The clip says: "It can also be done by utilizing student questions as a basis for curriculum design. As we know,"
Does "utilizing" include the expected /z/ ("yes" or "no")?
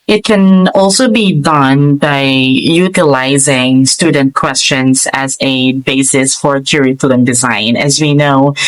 yes